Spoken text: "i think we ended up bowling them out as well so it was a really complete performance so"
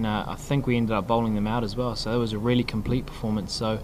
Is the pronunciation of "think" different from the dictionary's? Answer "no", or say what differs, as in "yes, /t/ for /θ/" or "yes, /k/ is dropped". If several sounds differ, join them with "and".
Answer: no